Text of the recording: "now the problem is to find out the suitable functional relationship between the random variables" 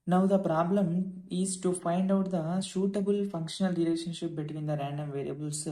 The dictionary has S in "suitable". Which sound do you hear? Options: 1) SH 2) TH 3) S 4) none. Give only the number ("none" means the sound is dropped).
1